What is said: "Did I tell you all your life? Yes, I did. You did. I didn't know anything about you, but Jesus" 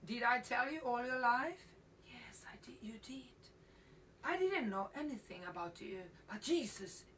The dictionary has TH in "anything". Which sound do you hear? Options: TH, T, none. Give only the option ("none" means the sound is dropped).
TH